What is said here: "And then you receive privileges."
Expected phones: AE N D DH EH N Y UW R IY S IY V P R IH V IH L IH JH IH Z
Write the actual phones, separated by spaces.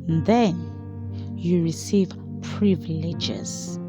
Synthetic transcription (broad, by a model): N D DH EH N Y UW R IY S IY V P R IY V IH L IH JH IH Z